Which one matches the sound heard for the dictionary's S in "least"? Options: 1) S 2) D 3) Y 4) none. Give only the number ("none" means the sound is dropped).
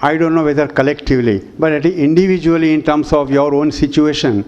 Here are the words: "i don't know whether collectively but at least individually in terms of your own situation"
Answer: 4